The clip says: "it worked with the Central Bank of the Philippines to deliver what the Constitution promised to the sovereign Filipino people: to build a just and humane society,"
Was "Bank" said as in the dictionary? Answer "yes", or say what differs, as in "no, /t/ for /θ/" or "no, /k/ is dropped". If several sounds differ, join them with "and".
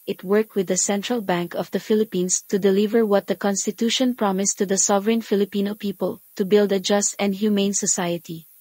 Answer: yes